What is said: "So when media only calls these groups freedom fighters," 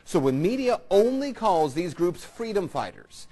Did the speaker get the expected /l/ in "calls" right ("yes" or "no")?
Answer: yes